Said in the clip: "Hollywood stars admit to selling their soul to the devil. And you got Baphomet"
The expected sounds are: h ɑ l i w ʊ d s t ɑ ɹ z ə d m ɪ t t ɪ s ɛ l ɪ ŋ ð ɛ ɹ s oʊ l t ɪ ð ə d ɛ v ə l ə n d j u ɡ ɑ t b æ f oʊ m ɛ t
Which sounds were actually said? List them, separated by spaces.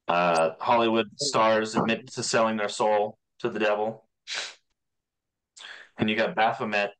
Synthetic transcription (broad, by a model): h ɑ l i w ʊ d s t ɑ ɹ z ə d m ɪ t t ɪ s ɛ l ɪ ŋ ð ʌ ɹ s oʊ l t ɪ ð ə d ɛ v l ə n j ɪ ɡ ɑ t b æ f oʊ m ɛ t